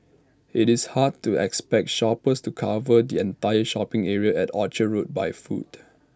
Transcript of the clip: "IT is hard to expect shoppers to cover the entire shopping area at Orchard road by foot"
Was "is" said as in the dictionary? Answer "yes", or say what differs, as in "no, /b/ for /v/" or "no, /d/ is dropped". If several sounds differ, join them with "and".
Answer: no, /s/ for /z/